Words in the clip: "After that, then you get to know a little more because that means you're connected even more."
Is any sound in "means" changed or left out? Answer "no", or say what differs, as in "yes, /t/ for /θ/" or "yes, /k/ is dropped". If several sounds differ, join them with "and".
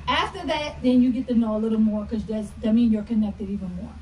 yes, /z/ is dropped